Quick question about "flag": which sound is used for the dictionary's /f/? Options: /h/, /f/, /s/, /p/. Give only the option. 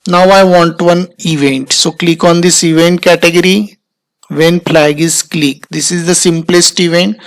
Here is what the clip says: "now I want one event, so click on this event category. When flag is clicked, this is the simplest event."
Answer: /p/